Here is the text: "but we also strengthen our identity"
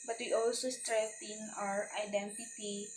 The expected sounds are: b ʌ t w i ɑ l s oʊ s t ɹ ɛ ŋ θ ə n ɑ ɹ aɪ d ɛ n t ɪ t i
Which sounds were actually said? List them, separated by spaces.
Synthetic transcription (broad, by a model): b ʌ t w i ɑ l s oʊ s t ɹ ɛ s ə n ɑ ɹ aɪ d ɛ n t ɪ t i